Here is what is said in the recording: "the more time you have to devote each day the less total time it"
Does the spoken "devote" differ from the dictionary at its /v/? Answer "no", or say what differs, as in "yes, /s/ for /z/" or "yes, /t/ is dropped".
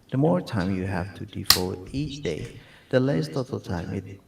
yes, /f/ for /v/